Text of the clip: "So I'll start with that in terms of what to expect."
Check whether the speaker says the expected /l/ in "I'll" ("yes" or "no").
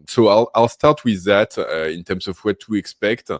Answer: yes